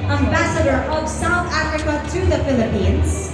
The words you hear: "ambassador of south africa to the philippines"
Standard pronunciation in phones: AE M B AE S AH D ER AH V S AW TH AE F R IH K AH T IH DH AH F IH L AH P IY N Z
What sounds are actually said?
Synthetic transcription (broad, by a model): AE M B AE S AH D ER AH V S AW TH AE F R IH K AH T IH DH AH F IH L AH P IY N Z